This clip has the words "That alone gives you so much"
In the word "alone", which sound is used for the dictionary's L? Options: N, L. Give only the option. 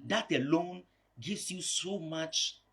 L